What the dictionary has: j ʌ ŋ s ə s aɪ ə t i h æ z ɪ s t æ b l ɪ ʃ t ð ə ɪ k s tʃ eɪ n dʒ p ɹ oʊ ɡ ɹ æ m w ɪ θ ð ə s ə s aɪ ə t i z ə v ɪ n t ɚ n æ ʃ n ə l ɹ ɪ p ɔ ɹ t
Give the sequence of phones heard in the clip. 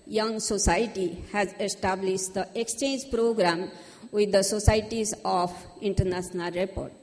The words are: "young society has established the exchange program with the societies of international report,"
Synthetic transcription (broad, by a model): j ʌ ŋ s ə s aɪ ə t i h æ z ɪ s t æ b l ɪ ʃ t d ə ɪ k s tʃ eɪ n dʒ p ɹ oʊ ɡ ɹ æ m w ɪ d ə s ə s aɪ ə t i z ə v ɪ n t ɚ n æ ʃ n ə l ɹ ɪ p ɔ ɹ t